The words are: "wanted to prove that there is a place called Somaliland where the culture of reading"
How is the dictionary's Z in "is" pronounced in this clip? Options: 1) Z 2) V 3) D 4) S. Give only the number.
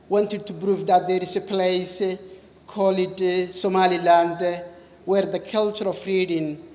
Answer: 4